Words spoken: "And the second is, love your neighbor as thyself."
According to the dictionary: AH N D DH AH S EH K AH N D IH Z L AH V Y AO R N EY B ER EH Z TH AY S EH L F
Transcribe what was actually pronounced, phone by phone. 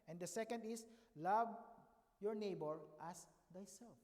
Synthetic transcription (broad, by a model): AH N D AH S EH K AH N D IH S L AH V Y AO R N EY B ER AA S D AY S EH L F